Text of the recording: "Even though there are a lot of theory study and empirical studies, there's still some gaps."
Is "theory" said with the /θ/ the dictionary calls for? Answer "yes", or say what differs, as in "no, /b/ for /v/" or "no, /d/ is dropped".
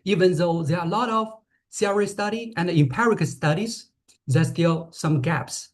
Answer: no, /s/ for /θ/